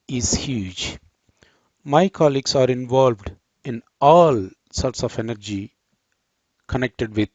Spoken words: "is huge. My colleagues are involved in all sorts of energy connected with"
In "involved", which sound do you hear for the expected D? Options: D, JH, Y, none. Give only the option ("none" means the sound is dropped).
D